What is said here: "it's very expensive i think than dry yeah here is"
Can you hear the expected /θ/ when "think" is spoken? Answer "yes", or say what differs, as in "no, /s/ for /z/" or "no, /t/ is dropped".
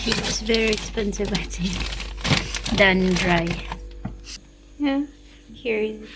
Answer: no, /t/ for /θ/